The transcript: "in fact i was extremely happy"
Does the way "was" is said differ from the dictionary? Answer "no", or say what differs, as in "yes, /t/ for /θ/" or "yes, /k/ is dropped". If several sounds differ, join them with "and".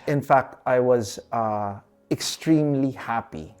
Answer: no